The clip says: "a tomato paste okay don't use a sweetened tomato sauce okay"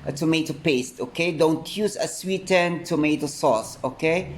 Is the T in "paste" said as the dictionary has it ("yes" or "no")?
yes